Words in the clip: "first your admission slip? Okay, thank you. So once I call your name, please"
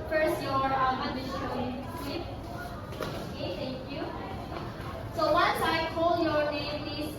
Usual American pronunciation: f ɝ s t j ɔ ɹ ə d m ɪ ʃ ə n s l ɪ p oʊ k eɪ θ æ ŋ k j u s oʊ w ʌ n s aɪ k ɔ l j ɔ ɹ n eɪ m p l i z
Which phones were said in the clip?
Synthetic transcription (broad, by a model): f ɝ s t j ɔ ɹ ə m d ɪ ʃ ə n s ɪ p oʊ k eɪ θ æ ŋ k j u s oʊ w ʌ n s aɪ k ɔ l j ɔ ɹ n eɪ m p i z